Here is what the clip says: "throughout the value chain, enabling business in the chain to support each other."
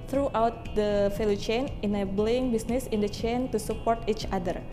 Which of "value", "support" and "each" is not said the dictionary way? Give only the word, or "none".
value